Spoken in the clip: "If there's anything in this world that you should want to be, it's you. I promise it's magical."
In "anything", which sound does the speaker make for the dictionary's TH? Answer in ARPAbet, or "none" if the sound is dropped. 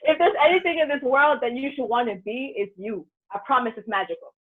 TH